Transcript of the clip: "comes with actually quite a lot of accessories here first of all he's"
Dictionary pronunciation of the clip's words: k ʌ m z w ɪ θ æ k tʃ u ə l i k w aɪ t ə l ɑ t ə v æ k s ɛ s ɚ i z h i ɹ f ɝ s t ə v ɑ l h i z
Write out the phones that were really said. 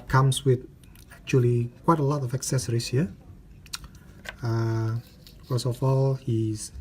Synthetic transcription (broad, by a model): k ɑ m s w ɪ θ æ k tʃ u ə l i k w aɪ t ə l ɑ t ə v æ k s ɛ s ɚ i s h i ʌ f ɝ s ə f ɑ l h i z